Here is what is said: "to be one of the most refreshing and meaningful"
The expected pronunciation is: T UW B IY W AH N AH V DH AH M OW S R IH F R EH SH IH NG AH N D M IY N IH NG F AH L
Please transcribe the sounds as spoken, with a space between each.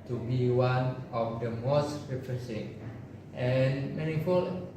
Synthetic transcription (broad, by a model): T UW B IY W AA N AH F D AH M OW S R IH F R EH S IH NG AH N M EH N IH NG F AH L